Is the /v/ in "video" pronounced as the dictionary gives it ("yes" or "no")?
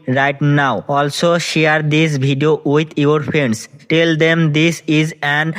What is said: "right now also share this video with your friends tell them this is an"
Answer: no